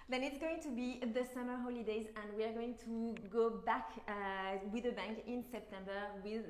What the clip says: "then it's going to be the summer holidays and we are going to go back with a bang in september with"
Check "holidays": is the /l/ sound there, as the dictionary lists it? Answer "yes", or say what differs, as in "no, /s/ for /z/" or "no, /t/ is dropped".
yes